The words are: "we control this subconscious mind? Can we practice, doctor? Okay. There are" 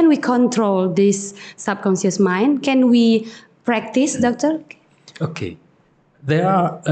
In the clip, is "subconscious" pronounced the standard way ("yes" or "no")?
no